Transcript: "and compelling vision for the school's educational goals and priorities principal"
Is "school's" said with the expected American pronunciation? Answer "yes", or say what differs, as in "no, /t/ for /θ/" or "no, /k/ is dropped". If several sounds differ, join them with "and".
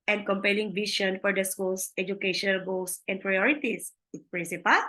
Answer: no, /s/ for /z/